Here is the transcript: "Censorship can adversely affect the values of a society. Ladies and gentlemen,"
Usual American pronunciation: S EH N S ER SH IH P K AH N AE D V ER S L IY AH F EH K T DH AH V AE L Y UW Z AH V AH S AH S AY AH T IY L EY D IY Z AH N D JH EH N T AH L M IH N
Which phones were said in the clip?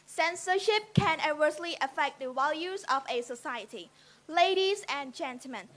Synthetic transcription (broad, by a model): S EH N S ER SH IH P K AH N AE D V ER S L IY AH F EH K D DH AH W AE L Y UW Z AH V AH S AH S AY AH T IY L EY D IY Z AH N JH EH N T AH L M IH N